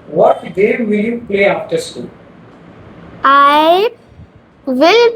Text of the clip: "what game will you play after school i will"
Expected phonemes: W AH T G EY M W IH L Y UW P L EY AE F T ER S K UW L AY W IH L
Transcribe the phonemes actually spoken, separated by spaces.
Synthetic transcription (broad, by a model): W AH T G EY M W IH L Y UW P L EY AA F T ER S UW AY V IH L